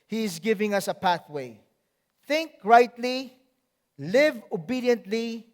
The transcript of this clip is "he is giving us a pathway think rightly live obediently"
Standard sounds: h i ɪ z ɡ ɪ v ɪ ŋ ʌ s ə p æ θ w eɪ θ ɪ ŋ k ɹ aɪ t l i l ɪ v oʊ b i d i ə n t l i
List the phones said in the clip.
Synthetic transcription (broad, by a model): h i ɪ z ɡ ɪ v ɪ ŋ ʌ s ə p æ θ w eɪ θ ɪ ŋ k ɹ aɪ t l i l ɪ v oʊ b i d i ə n t l i